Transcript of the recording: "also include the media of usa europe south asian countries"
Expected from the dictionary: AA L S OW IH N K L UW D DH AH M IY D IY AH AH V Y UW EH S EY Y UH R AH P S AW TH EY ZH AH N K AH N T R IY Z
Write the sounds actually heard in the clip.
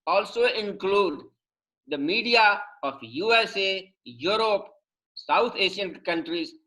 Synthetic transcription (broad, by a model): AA L S OW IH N K L UW D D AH M IY D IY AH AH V Y UW EH S EY Y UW R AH P S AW T EY SH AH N K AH N T R IY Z